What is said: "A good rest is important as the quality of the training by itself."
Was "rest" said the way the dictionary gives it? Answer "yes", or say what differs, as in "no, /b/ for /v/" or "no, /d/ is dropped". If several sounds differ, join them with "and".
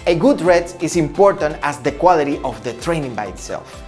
no, /s/ is dropped